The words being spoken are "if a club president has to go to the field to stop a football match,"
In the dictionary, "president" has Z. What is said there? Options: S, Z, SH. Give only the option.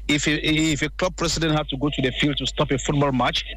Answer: S